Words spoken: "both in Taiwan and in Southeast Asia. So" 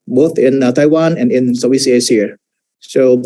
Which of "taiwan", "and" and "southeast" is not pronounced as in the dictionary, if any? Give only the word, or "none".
southeast